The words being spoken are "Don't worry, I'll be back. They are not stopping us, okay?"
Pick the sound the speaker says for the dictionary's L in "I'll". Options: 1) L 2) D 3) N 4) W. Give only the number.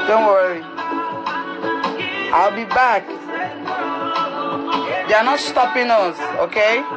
1